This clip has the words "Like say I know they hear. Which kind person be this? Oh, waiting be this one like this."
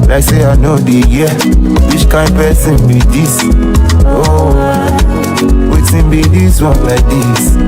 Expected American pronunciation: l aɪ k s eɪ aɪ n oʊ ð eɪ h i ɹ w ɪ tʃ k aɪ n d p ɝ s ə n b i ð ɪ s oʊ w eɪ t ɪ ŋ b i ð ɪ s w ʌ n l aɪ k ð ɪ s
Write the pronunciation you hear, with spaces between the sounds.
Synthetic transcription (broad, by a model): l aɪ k s eɪ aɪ n oʊ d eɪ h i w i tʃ k aɪ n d p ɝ s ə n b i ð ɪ s oʊ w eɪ s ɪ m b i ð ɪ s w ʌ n l aɪ k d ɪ s